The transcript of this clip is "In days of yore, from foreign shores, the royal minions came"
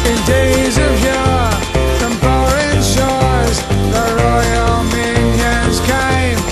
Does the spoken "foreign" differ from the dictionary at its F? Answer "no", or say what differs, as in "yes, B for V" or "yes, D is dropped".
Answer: yes, P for F